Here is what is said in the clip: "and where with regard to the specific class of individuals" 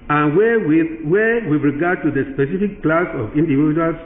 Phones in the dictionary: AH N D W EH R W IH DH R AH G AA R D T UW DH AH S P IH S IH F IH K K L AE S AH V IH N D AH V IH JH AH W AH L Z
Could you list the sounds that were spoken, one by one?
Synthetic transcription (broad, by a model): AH N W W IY W W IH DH R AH G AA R D T UW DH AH S P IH S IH F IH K K L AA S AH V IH N D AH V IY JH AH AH L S